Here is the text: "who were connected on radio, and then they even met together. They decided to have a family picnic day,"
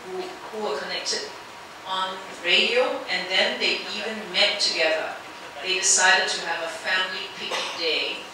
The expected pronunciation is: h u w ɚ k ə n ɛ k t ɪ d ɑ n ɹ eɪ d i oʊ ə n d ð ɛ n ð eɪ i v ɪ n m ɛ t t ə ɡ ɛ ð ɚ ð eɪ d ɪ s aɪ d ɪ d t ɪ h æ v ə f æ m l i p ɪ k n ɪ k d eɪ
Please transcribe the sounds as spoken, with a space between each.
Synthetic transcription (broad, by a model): h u w ɚ k ə n ɛ k t ɪ d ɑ n ɹ eɪ d i oʊ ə n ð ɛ n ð eɪ i v ɪ n m ɛ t t ə ɡ ɛ ð ɚ ð eɪ d ɪ s aɪ d ɪ d t ɪ v ə f æ m l i p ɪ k ɪ d eɪ